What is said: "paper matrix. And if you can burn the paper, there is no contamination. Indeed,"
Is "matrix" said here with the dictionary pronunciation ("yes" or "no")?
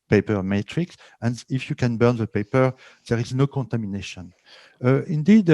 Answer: yes